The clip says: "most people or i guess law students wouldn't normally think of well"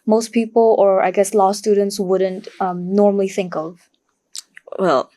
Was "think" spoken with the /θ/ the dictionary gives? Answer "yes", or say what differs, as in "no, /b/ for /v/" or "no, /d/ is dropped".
yes